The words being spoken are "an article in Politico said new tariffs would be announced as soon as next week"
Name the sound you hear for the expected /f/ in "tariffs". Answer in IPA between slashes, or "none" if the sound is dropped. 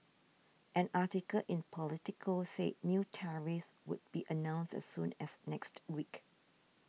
none